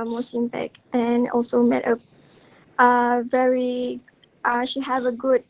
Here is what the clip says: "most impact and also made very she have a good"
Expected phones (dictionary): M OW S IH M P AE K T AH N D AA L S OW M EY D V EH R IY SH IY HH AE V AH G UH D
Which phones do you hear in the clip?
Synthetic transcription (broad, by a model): M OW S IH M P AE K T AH N AA L S OW M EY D V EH R IY SH IY HH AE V AH G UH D